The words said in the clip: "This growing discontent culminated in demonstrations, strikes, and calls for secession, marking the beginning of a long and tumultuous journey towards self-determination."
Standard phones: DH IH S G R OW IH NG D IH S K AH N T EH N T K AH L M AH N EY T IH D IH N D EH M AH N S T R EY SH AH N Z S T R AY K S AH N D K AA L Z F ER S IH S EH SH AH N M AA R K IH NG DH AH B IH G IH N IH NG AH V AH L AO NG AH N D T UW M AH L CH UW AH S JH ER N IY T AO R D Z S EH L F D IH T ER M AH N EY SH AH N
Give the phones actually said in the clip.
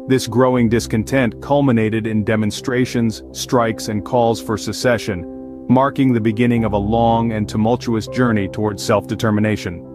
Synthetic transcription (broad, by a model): DH IH S G R OW IH NG D IH S K AH N T EH N T K AH L M AH N EY T IH D IH N D EH M AH N S T R EY SH AH N Z S T R AY K S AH N K AA L Z F ER S IH S EH SH AH N M AA R K IH NG DH AH B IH G IH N IH NG AH V AH L AO NG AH N T UW M AH L CH UW AH S JH ER N IY T AO R D Z S EH L F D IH T ER M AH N EY SH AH N